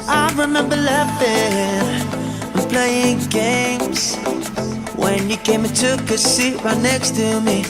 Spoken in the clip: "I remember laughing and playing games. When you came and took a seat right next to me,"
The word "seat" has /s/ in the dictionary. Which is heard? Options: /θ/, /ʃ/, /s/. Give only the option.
/s/